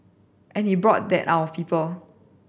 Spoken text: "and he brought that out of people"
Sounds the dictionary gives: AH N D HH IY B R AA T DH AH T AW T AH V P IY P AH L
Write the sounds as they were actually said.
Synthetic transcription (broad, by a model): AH N HH IY B R AA T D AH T AW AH P IY P AH L